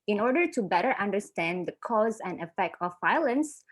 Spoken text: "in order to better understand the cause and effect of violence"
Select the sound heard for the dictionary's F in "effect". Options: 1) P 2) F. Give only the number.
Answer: 2